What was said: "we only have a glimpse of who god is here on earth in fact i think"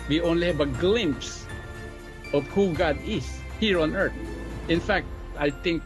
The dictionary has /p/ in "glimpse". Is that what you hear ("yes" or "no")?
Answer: yes